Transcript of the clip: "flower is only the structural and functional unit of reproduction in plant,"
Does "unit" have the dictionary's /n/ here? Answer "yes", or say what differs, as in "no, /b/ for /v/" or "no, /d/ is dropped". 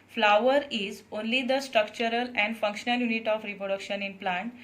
yes